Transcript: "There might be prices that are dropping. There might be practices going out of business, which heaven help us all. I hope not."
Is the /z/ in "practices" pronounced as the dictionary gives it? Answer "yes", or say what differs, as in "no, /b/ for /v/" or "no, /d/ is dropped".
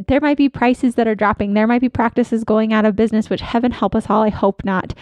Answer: yes